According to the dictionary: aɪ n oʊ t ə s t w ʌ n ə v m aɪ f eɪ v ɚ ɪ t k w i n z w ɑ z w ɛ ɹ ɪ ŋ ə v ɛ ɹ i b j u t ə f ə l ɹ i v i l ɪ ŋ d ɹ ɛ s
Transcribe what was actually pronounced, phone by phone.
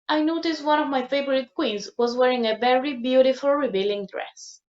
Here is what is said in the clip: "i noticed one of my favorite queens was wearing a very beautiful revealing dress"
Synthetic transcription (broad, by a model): aɪ n oʊ t ə s t w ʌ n ə v m aɪ f eɪ v ɚ ɪ t k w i n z w ɑ z w ɛ ɹ ɪ ŋ ə v ɛ ɹ i b j u t ə f ə l ɹ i b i l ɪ ŋ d ɹ ɛ s